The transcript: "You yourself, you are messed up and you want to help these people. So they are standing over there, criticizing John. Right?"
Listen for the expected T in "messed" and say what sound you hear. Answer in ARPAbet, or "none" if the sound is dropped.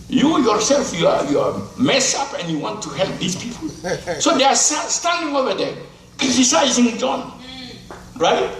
none